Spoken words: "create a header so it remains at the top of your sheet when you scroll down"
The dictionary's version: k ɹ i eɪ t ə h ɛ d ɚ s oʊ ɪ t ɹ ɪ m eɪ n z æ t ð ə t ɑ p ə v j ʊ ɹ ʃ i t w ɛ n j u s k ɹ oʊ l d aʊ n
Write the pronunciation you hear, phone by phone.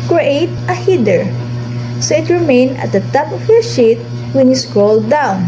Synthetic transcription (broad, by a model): k ɹ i eɪ t ə h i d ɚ s oʊ ɪ t ɹ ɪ m eɪ n ʌ t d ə t ɑ p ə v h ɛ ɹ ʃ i t w ɛ n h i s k ɹ oʊ l d aʊ n